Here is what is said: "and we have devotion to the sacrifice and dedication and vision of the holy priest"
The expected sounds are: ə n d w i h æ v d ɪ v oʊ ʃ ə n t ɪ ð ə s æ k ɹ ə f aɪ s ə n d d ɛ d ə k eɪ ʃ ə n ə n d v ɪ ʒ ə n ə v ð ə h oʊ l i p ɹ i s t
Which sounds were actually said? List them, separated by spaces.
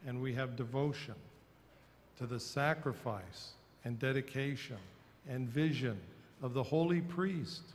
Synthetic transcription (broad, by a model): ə n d w i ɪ v d ɪ v oʊ ʃ ə n t ɪ ð ə s æ k ɹ ə f aɪ s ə n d d ɛ d ə k eɪ ʃ ə n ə n v ɪ ʒ ə n ə v ð ə h oʊ l i p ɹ i s t